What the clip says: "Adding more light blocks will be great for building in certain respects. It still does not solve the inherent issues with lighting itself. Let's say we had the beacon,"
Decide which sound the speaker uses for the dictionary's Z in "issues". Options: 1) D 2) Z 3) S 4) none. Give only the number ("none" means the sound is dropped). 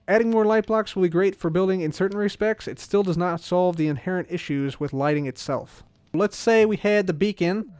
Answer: 2